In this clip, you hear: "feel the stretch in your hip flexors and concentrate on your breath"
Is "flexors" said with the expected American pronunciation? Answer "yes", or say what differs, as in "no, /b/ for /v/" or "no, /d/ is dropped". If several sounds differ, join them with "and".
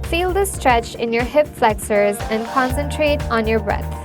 yes